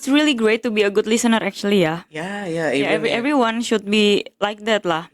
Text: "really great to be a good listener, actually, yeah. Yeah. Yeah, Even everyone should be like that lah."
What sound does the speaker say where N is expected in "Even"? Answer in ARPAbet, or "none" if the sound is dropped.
none